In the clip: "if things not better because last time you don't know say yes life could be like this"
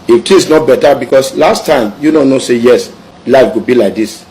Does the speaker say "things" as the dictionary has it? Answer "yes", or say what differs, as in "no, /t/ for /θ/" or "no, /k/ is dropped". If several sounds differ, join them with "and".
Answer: no, /t/ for /θ/